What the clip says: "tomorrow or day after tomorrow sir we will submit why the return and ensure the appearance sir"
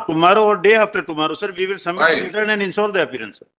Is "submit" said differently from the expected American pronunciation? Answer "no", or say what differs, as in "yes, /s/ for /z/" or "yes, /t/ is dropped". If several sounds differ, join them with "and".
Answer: yes, /b/ is dropped